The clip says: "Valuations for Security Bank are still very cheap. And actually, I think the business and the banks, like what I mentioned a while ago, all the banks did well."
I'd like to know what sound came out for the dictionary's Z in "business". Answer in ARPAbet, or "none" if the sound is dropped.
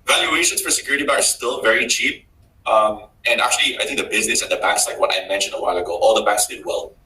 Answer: Z